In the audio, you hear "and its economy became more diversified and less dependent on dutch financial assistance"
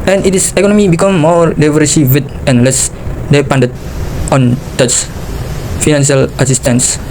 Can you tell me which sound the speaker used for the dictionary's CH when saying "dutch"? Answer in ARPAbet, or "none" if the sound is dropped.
S